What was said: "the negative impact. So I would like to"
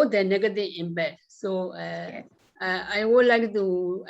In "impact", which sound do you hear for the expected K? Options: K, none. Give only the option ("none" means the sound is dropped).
none